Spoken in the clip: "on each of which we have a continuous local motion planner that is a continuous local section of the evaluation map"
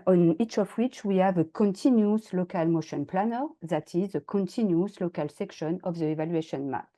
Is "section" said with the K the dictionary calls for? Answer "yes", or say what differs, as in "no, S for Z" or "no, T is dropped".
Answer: yes